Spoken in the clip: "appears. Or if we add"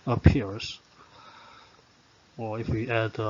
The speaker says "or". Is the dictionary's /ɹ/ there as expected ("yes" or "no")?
no